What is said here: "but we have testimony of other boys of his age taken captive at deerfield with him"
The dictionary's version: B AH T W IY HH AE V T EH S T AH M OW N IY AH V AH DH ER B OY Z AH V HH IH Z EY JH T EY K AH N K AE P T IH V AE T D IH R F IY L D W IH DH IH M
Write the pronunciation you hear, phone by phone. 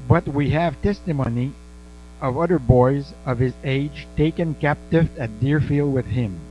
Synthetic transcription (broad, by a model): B AH T W IY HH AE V T EH S T AH M OW N IY AH V AH DH ER B OY Z AH V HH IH Z EY JH T EY K AH N K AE P T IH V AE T D IH R F IY L D W IH DH IH M